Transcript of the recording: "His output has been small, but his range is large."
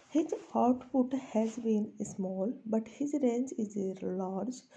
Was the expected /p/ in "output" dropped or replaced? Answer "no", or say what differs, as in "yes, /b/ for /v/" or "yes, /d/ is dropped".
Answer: yes, /f/ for /p/